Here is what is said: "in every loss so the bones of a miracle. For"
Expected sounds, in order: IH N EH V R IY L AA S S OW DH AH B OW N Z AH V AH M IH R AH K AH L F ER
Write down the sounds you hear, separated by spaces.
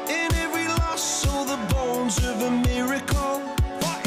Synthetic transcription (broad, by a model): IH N EH V R IY L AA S S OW DH AH B OW N Z AH V AH M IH R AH K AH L